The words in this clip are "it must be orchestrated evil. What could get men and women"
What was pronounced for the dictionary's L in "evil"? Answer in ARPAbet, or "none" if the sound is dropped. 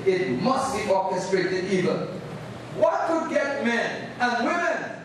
N